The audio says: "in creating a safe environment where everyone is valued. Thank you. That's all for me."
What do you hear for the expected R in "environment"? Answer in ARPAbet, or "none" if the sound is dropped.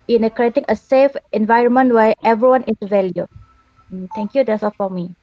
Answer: R